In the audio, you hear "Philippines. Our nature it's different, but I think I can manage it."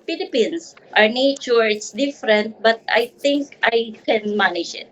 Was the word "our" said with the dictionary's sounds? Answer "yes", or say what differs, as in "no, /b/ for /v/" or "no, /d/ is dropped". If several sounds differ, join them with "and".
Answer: yes